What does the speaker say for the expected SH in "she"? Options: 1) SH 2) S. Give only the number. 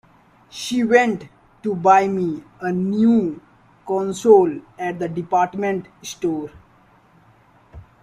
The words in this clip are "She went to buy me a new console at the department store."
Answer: 1